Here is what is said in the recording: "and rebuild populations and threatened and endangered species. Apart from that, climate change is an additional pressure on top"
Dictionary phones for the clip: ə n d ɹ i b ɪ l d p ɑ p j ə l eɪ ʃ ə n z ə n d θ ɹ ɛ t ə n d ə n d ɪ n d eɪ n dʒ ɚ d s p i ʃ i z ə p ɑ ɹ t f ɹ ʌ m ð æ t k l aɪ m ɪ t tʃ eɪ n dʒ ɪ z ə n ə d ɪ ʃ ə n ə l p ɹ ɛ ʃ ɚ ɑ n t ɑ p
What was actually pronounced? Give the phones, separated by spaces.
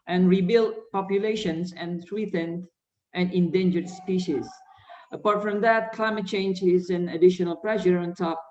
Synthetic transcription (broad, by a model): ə n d ɹ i b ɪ l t p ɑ p j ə l eɪ ʃ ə n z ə n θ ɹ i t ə n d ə n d ɪ n d eɪ n dʒ ɚ d s p i ʃ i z ə p ɑ ɹ t f ɹ ʌ m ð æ t k l aɪ m ɪ t tʃ eɪ n dʒ ɪ z ə n ə d ɪ ʃ ə n ə l p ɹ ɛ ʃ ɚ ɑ n t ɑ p